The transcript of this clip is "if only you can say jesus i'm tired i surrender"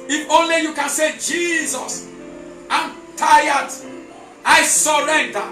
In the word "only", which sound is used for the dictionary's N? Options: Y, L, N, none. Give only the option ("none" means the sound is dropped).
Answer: N